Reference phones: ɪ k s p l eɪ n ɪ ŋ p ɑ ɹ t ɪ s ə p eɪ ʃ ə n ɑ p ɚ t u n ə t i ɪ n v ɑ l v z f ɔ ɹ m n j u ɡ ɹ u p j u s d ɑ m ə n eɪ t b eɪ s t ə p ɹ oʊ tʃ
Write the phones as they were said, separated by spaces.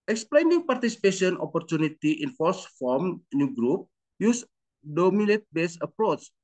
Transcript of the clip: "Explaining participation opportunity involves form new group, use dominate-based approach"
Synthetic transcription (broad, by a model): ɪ k s p l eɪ n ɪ ŋ p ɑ ɹ t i s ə p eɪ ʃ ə n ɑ p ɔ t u n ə t i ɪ n f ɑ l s f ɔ m n j u ɡ ɹ u p j u s d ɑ m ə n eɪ t b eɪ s ə p ɹ oʊ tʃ